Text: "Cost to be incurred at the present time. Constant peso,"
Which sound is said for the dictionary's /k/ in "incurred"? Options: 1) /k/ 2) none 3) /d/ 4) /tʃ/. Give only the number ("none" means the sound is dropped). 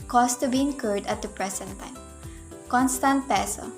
1